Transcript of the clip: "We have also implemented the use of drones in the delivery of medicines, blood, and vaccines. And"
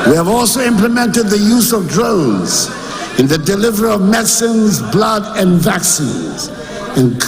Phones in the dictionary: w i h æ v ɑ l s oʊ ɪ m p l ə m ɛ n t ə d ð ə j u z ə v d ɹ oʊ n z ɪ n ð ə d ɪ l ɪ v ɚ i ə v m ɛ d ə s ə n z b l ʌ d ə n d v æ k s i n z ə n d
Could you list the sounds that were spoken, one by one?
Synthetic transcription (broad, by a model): w i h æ v ɑ l s oʊ ɪ m p l ə m ɛ n t ə d ð ə j u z ə v d ɹ oʊ n z ɪ n ð ə d ɪ l ɪ v ɚ i ə v m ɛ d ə s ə n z b l ʌ d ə n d v æ k s i n z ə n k